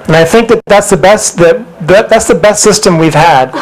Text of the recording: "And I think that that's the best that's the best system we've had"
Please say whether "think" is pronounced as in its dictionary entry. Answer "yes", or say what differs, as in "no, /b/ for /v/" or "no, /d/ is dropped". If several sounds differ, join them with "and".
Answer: yes